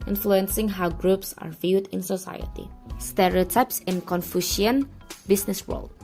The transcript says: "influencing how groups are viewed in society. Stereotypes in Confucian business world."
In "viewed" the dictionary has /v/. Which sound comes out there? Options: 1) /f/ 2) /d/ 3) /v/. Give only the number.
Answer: 3